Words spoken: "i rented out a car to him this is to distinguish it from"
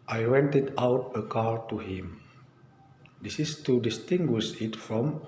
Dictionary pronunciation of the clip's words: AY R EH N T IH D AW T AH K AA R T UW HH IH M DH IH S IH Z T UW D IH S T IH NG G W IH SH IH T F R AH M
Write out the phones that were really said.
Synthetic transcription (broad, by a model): AY W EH N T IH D AW T AH K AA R T UW HH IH M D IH S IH S T UW D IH S T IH NG G W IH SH IH T F R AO M